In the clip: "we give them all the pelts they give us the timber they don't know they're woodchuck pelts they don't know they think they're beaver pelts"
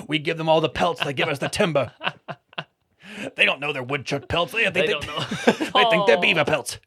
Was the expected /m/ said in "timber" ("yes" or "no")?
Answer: yes